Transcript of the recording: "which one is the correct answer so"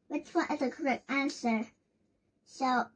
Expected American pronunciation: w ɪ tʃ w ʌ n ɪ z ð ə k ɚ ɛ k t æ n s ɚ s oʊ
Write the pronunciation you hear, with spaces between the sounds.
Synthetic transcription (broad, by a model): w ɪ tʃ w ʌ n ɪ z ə k ɚ ɛ k t æ n s ɚ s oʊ